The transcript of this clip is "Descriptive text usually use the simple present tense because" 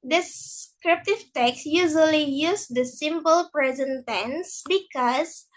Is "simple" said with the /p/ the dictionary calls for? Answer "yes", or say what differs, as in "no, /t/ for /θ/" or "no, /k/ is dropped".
yes